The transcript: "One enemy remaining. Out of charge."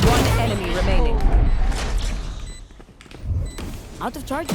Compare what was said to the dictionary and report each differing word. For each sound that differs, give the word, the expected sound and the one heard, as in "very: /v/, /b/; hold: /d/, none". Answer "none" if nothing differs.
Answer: none